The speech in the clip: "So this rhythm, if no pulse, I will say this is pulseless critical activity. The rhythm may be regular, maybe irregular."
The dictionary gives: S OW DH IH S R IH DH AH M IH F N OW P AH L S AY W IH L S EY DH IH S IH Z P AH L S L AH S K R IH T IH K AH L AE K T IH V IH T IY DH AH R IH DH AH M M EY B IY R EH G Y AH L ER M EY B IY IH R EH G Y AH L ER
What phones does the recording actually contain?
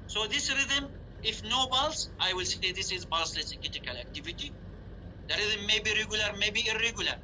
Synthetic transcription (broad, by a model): S OW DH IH S R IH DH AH M IH F N OW B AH L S AY W IH L S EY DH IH S IH Z B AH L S L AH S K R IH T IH K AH L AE K T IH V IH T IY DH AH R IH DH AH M M EY B IY R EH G Y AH L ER M EY B IY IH R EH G Y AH L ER